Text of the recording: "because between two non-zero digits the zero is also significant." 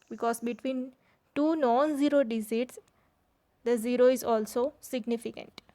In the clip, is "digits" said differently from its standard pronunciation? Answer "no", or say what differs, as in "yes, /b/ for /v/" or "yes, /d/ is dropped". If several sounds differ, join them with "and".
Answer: yes, /z/ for /dʒ/